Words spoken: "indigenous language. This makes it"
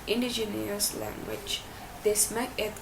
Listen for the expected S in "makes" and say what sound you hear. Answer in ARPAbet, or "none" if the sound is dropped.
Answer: none